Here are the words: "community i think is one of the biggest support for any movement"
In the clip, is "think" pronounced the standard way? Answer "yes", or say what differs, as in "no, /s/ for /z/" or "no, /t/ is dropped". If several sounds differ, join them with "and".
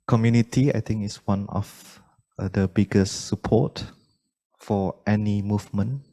no, /t/ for /θ/